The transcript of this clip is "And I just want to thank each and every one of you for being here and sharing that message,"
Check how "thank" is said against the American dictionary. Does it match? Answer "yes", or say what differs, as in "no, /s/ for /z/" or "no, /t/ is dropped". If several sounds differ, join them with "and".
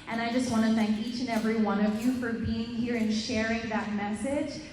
yes